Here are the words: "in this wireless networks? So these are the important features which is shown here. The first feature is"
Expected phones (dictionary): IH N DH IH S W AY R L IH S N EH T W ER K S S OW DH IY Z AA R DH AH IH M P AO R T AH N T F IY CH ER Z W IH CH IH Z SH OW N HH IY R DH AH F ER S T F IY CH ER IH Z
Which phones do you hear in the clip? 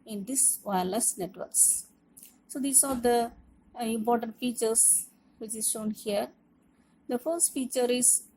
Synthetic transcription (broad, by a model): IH N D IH S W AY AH L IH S N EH T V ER K S S OW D IY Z AA R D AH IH M P AO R T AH N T F IY CH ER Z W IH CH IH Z SH OW N HH IY R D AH F ER S T F IY CH ER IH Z